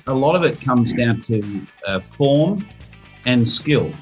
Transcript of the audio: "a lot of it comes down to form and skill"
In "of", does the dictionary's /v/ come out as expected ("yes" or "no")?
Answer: yes